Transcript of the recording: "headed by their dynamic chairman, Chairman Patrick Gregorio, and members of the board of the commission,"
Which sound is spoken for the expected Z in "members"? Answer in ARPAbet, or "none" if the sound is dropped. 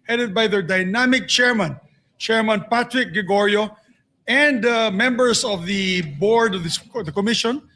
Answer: S